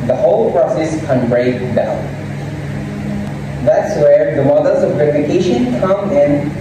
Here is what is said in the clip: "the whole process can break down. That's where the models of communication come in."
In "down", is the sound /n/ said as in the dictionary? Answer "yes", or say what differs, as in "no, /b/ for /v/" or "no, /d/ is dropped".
no, /l/ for /n/